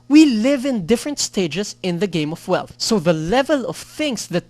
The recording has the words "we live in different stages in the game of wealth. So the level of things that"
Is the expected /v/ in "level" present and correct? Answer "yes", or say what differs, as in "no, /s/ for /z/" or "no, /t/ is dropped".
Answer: yes